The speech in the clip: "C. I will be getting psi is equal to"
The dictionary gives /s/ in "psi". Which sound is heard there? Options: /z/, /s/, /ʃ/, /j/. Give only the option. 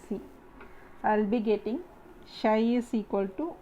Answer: /ʃ/